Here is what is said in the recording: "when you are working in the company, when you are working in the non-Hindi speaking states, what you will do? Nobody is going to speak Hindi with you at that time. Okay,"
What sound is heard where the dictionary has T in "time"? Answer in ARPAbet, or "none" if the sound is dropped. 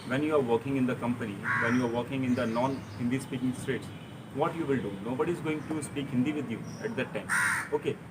T